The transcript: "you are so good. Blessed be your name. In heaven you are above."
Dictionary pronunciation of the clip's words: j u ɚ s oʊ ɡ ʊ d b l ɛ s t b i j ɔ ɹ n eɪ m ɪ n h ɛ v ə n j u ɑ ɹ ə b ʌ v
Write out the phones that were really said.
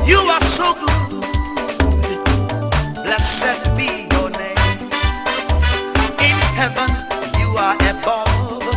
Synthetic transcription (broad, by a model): j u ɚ s oʊ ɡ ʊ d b l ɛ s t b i j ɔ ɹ n eɪ m ɪ n h ɛ v ə n j u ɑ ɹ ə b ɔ